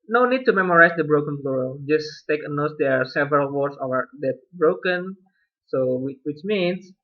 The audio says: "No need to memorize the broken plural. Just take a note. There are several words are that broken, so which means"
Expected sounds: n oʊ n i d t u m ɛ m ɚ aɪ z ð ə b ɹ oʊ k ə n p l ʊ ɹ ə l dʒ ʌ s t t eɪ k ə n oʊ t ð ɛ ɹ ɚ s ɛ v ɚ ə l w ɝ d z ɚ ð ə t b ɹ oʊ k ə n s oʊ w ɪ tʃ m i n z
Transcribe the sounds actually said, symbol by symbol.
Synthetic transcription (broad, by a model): n oʊ n i d t u m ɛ m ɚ aɪ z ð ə b ɹ oʊ k ə n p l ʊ ɹ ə dʒ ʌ s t t eɪ k ə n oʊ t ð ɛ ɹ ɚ s ɛ v ɚ ə l w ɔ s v ɚ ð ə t b ɹ oʊ k ə n s oʊ w ɪ tʃ m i n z